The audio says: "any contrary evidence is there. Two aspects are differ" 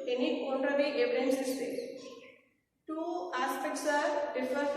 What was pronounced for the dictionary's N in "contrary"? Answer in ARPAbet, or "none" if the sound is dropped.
none